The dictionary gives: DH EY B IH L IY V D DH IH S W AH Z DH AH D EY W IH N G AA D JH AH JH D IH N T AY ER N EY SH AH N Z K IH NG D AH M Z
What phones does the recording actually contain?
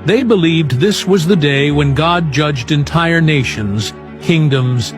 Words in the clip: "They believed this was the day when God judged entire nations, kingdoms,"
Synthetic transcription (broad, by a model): DH EY B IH L IY V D DH IH S W AH Z DH AH D EY W IH N G AA D JH AH JH D IH N T AY ER N EY SH AH N Z K IH NG D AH M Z